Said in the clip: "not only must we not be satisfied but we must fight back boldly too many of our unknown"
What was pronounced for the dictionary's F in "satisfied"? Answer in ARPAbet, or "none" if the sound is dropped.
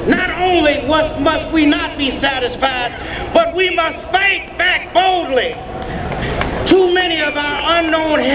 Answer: F